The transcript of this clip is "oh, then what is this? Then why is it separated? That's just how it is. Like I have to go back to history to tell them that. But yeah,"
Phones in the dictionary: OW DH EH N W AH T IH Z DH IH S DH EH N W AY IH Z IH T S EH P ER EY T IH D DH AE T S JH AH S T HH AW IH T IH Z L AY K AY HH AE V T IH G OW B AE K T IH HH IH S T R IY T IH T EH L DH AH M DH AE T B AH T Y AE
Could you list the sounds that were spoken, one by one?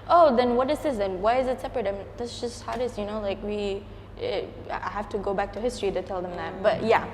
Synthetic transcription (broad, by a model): OW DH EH N W AH T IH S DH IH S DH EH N W AY IH Z IH T S EH P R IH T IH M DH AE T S JH AH S T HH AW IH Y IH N L AY K AY HH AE F T IH G OW B AE K T IH HH IH S T R IY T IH T EH L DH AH M DH AE T B AH T Y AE